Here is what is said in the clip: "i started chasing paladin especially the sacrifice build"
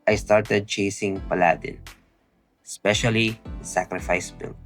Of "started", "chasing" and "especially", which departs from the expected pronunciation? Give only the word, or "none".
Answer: especially